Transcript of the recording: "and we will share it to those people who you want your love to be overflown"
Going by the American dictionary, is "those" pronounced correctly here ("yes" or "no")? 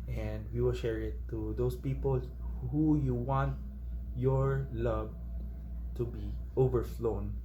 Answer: no